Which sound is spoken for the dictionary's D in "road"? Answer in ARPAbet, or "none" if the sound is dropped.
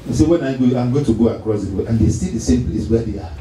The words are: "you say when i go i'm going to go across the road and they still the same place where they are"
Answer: none